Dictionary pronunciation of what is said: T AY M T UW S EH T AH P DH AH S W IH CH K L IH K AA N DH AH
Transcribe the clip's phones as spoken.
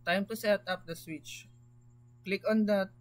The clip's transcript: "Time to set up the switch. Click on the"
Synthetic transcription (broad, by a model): T AY M T UW S EH T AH P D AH S W IH CH K L IH K AA N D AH